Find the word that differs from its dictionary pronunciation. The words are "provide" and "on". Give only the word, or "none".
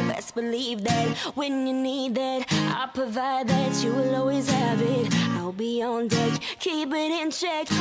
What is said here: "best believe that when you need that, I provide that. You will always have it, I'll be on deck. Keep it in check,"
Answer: none